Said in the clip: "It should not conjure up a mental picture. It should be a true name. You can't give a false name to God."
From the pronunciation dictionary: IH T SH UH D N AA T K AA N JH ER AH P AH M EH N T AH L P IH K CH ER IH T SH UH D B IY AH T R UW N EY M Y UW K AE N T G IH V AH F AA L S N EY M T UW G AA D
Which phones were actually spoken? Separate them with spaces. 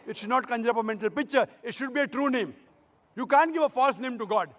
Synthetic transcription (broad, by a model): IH T SH UH D N AA T K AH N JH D AH P AH M EH N T AH L P IH K CH ER IH T SH UH D B IY AH T R UW N EY M Y UW K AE N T G IH V AH F AA L S N EY M T UW G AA D